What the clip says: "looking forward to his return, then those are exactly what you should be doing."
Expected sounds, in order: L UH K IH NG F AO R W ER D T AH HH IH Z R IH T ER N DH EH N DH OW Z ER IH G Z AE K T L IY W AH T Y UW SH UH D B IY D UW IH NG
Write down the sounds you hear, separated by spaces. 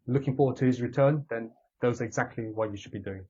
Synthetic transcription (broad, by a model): L UH K IH NG F AO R W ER D T AH HH IH Z R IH T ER N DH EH N DH OW Z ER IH G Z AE K T L IY W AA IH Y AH SH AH D B IY D UW IH NG